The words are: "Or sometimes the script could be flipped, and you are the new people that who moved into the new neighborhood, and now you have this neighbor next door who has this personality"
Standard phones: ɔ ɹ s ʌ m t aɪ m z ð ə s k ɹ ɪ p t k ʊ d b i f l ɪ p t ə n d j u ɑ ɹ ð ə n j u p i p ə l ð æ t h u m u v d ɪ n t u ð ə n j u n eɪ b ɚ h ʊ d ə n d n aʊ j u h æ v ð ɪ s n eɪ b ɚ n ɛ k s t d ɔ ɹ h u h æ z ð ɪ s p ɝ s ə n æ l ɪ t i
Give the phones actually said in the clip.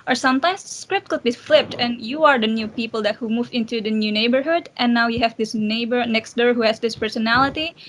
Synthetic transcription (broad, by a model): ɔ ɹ s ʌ m t aɪ m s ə s k ɹ ɪ p t k ʊ d b i f l ɪ p t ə n j u ɑ ɹ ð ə n j u p i p ə l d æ t h u m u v ɪ n t u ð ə n j u n eɪ b ɚ h ʊ d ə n n aʊ j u h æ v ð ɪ s n eɪ b ɚ n ɛ k s t d ɔ ɹ h u h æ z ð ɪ s p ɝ s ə n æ l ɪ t i